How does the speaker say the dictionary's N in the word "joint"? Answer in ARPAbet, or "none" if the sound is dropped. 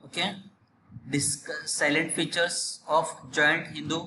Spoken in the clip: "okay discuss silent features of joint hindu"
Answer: N